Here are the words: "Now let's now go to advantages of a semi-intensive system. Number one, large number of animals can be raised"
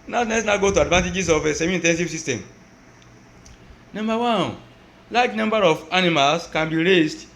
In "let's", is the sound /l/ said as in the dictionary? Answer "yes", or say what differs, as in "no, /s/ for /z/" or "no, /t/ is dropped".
no, /n/ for /l/